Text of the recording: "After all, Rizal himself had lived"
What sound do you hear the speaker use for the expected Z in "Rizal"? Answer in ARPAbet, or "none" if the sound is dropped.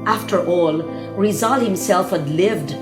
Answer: Z